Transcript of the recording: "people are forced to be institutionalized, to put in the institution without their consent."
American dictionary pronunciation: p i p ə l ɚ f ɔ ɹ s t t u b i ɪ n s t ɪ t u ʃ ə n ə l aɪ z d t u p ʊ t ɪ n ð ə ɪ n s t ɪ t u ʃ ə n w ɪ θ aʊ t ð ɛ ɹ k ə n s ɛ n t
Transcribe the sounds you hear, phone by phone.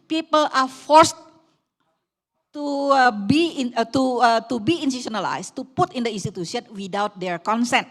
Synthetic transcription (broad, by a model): p i p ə l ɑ f ɔ ɹ s t t u b i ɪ n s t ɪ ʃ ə n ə l aɪ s t u p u t ɪ n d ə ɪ n s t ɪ t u s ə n w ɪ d aʊ t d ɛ ɹ k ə n s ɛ n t